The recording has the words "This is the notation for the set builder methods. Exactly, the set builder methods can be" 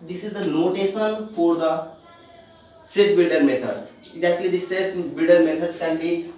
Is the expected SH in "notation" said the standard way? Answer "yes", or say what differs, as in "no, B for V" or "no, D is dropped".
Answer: no, S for SH